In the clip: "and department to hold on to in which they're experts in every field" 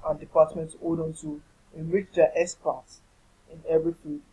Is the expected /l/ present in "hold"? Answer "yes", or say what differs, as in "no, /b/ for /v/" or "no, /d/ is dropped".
no, /l/ is dropped